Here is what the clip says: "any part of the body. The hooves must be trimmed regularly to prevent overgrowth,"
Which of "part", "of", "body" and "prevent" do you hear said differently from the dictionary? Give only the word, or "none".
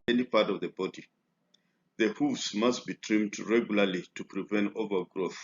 none